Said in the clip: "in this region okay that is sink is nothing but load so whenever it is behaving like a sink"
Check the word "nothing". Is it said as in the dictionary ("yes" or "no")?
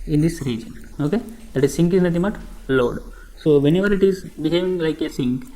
no